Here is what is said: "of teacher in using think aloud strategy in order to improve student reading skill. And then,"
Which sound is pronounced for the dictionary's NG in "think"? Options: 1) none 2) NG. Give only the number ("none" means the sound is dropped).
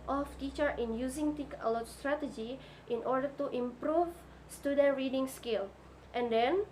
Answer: 1